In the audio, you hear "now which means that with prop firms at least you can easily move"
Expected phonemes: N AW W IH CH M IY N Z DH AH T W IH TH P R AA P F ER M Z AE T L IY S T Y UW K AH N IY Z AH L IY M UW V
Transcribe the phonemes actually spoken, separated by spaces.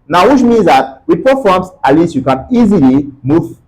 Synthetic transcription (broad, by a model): N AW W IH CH M IY N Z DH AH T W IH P AA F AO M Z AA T L IY S T Y UW K AH N IY Z AH L IY M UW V